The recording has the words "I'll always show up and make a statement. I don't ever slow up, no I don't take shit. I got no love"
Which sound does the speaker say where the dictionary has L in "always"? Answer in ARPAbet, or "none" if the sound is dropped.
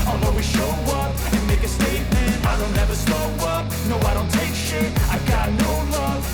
none